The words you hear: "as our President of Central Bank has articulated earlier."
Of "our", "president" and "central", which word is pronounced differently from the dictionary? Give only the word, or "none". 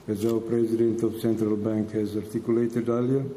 our